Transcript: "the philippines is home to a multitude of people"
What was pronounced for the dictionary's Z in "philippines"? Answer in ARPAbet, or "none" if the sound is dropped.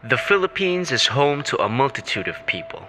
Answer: Z